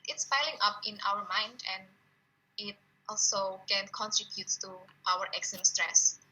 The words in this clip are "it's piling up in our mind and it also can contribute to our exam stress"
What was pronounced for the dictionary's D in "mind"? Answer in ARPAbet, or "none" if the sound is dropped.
D